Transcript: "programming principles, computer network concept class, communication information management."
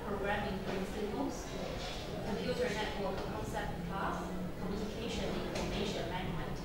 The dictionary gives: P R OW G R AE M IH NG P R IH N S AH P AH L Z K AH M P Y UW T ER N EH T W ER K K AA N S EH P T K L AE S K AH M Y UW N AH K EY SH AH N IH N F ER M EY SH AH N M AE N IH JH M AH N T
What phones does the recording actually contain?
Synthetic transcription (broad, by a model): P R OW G R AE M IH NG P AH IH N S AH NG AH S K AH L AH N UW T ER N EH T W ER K K AA N S EH P T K AE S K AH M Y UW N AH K EY SH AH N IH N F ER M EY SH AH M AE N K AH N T